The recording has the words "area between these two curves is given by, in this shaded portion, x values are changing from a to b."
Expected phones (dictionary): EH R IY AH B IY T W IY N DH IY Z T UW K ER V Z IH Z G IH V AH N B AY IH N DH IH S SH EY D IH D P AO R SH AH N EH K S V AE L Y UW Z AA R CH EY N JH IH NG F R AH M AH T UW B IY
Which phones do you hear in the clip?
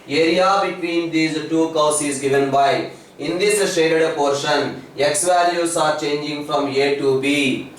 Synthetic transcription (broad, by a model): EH R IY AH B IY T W IY N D IY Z T UW K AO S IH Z G IH V AH N B AY IH N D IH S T EY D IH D P AO R SH AH N EH K S V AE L Y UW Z AA R CH EY N JH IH NG F R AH M AH T UW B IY